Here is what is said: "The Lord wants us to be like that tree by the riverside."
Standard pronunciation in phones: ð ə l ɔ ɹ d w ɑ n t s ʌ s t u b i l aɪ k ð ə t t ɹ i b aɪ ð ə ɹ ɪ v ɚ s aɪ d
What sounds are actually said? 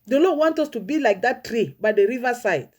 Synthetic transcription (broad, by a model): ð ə l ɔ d w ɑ n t ʌ s t u b i l aɪ k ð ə t t ɹ i b aɪ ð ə ɹ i v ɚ s aɪ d